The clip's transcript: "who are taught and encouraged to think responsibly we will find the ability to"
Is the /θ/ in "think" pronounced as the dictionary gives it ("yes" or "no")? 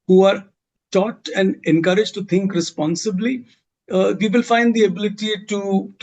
no